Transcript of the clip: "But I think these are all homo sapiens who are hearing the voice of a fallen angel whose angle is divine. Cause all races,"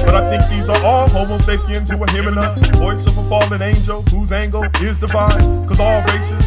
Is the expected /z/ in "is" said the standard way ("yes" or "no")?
yes